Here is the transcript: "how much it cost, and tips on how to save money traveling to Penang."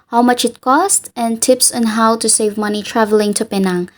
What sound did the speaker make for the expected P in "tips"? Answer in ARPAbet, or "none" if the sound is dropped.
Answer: P